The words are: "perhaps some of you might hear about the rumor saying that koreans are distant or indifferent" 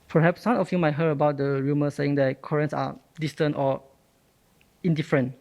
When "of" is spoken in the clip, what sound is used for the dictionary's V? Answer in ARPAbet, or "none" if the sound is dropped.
F